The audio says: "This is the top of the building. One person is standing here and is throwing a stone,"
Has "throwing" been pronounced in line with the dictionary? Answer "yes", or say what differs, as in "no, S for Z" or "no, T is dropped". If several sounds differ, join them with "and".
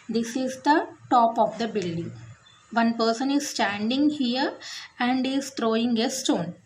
no, T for TH